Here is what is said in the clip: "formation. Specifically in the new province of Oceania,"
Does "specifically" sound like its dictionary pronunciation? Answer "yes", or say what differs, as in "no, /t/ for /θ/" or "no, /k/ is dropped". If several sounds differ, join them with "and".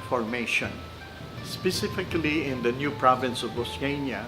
yes